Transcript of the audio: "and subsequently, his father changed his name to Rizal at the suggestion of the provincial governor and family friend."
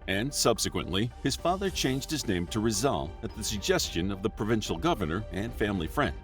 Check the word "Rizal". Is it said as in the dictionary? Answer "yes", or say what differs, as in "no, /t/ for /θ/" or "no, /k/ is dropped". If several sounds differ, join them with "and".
yes